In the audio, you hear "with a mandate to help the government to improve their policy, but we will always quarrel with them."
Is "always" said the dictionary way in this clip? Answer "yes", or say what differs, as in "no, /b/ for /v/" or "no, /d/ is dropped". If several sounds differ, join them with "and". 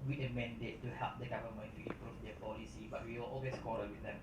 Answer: no, /s/ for /z/